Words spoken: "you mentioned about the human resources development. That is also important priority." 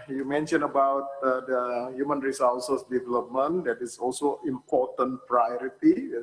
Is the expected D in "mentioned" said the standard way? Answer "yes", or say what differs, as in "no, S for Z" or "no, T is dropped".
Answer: no, D is dropped